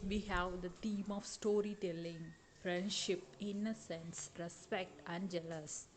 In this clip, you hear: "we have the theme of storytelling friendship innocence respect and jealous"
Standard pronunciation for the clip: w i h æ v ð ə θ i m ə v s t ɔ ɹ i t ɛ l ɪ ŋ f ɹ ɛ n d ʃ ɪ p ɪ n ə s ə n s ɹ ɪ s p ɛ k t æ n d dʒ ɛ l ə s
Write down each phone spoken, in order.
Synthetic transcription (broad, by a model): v i h æ v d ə t i m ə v s t ɔ ɹ i t ɛ l ɪ ŋ f ɹ ɛ n d ʃ ɪ p ɪ n ə s ə n s ɹ ɪ s p ɛ k t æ n d dʒ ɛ l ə s